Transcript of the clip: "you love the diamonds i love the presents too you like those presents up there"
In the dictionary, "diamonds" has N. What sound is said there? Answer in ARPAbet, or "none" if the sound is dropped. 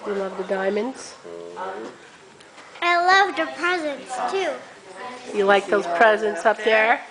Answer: N